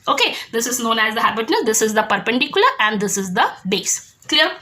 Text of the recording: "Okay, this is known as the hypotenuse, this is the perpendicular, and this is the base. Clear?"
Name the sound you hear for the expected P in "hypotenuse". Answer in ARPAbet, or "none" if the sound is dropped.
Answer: B